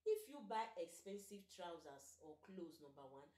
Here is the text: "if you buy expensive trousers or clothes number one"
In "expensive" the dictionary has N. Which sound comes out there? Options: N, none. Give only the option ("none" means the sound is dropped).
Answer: N